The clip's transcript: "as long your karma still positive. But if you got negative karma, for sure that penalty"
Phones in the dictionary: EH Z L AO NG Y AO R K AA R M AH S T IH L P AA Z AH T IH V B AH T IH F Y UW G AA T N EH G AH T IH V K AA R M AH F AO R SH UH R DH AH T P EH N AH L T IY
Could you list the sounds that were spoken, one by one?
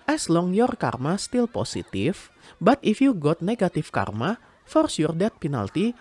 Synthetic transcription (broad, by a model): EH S L AO NG Y AO R K AA R M AH S T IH L P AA S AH T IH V B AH T IH F Y UW G AA T N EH G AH T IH F K AA R M AH F AO R S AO R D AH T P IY N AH L T IY